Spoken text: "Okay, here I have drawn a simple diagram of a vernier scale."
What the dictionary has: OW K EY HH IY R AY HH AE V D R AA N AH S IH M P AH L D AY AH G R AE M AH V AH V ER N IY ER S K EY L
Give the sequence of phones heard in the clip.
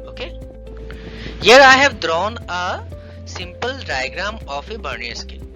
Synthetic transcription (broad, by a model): OW K EY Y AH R AY HH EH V D R AA N AH S IH M P AH L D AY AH G R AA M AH F AH B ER N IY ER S K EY